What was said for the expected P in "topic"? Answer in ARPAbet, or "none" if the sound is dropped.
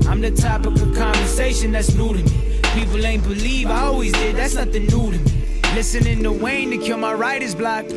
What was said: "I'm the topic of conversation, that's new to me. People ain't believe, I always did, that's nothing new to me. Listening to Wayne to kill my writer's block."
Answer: none